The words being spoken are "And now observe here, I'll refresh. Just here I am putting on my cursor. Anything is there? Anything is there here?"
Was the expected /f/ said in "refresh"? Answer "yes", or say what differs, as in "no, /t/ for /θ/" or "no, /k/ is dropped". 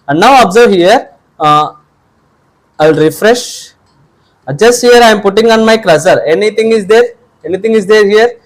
yes